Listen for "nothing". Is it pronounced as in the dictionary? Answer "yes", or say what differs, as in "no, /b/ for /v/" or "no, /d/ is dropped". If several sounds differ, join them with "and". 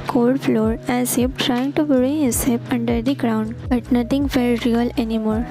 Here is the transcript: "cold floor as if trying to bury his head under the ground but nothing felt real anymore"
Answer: no, /t/ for /θ/